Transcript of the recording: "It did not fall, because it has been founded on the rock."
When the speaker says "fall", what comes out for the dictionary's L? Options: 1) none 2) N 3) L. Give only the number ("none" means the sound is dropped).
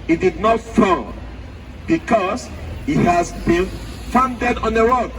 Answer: 2